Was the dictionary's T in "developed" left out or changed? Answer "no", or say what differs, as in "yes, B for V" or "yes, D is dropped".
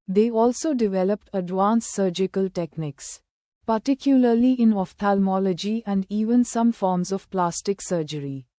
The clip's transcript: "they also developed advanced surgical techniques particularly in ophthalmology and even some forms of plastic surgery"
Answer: no